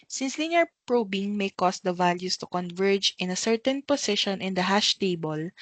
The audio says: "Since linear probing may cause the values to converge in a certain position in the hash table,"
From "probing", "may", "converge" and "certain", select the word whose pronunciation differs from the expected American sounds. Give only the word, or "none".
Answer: none